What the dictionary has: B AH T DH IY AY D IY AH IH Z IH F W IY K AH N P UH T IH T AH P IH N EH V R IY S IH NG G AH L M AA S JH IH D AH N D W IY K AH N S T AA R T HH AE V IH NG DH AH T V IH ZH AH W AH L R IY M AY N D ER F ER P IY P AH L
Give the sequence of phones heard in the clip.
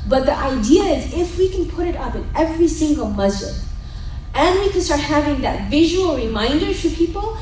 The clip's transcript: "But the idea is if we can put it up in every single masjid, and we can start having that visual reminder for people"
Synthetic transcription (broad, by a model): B AH T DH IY AY D IY AH IH Z IH F W IY K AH N P UH T IH T AH P IH N EH V R IY S IH NG G AH L M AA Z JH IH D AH N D W IY K AH N S T AA R T HH AE V IH NG DH AH T V IH ZH AH W AH L R IY M AY N D ER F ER P IY P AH L